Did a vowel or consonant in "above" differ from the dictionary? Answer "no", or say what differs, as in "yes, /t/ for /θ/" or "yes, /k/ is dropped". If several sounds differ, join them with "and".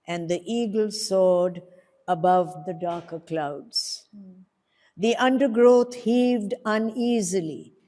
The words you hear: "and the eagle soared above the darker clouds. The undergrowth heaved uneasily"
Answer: no